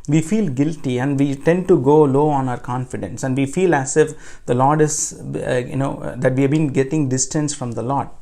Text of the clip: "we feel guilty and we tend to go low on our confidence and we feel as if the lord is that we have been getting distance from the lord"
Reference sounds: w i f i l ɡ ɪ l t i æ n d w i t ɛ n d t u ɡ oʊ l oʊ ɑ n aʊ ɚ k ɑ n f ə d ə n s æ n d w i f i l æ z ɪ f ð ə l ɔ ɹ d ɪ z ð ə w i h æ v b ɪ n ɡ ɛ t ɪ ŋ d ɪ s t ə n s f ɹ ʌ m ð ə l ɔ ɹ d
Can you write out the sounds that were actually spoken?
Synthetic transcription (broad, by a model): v i f i l ɡ ɪ l t i æ n d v i t ɛ n d t u ɡ oʊ l oʊ ɑ n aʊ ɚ k ɑ n f ə d ə n s æ n d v i f i l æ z ɪ f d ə l ɔ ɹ d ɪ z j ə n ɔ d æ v b ɪ n ɡ ɛ t ɪ ŋ d ɪ s t ə n s f ɹ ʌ m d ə l ɔ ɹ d